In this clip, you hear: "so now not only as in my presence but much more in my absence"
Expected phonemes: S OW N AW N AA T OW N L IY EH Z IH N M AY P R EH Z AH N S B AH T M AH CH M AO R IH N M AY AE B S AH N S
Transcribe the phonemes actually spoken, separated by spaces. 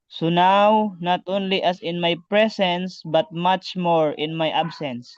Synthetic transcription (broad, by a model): S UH N AW N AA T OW N L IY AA S IH N M AY P R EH S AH N S B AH T M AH CH M AO R IH N M AY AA B S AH N S